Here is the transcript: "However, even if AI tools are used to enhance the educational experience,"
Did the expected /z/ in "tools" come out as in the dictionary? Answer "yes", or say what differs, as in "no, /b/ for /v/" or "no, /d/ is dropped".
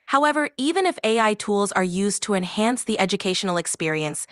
yes